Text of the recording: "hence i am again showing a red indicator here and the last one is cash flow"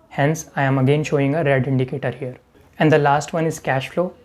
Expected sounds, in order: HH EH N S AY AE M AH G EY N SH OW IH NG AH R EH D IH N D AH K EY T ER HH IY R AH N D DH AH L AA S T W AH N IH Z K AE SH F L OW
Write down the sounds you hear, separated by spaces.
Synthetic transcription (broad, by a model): HH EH N S AY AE M AH G EY N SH OW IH NG AH R EH D IH N D AH K EY T ER HH IY R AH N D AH L AA S T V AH N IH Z K AE SH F L OW